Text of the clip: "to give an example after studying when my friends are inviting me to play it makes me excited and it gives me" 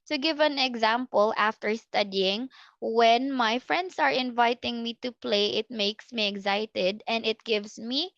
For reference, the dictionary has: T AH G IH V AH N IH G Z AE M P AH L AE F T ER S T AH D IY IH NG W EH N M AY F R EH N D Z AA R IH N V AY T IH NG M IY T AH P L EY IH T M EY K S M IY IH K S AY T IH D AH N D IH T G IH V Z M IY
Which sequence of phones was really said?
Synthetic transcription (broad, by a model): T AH G IH V AH N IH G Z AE M P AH L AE F T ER S T AH D IY IH NG W EH N M AY F R EH N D S AA R IH N V AY T IH NG M IY T AH P L EY IH T M EY K S M IY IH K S AY T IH D AH N D IH T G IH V S M IY